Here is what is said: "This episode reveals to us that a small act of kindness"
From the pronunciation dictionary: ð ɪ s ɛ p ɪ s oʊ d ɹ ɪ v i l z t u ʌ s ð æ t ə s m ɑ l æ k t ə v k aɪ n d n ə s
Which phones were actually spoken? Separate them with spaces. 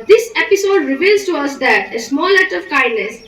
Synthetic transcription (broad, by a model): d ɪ s ɛ p ɪ s oʊ d ɹ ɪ v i l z t u ʌ s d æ t ə s m ɑ l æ t ə v k aɪ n d n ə s